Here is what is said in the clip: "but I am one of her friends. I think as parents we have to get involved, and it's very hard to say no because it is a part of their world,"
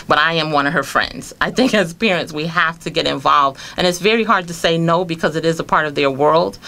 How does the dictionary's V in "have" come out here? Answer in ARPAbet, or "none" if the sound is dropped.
F